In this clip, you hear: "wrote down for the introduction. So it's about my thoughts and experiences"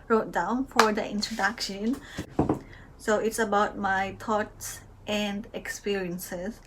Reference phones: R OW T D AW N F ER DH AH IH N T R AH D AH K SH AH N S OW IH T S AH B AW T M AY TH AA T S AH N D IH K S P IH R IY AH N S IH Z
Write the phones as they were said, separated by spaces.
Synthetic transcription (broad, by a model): R OW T D AW N F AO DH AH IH N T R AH D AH K SH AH N S OW IH T S AH B AW T M AY T AA T S AH N D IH K S P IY R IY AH N S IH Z